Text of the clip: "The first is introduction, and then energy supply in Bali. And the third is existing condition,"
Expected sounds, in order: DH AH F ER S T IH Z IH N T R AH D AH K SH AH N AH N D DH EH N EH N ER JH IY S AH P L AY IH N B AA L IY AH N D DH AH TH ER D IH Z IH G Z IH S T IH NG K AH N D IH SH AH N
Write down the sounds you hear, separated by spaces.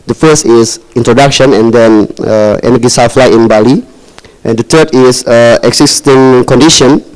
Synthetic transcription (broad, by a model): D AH F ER S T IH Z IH N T R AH D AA K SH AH N AH N D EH N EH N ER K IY S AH F L AY IH N B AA L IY AH N D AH T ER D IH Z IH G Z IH S T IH NG K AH N D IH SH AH N